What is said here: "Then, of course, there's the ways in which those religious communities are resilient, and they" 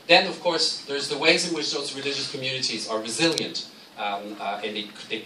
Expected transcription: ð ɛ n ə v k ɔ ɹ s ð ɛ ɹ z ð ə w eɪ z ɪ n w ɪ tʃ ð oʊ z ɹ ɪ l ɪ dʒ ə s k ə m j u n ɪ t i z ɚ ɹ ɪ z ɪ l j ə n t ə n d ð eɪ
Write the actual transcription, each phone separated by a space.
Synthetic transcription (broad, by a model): ð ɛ n ə v k ɔ ɹ s ð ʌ ɹ z ð ə w eɪ z ɪ n w ɪ tʃ ð oʊ z ɹ ɪ l ɪ dʒ ə s k ə m j u n ɪ t i z ɚ ɹ ɪ z ɪ l j ə n t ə n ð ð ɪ